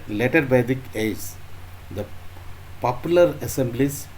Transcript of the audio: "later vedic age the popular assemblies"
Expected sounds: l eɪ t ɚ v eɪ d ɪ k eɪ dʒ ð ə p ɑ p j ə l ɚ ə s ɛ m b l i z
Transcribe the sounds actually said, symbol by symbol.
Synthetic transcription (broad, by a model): l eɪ t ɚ b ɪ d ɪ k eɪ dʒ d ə p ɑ p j l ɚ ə s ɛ m b l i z